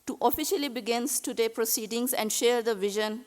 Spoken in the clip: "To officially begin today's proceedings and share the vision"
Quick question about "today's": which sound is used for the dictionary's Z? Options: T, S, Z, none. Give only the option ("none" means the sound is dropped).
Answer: none